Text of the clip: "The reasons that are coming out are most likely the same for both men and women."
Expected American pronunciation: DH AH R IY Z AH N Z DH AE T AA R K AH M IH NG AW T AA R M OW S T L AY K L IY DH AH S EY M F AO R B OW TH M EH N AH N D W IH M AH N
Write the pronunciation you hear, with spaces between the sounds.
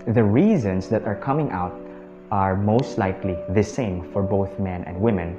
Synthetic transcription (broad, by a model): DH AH R IY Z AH N S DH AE T AA R K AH M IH NG AW T AA R M OW S T L AY K L IY DH AH S EY M F AO R B OW TH M EH N AH N D W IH M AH N